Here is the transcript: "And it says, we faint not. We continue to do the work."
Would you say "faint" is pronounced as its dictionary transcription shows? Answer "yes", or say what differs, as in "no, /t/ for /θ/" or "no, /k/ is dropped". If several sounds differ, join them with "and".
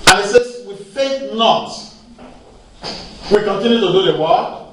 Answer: no, /n/ is dropped